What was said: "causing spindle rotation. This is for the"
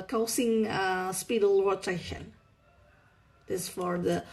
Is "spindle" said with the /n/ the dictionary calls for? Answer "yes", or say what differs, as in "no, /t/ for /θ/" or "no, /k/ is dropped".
no, /n/ is dropped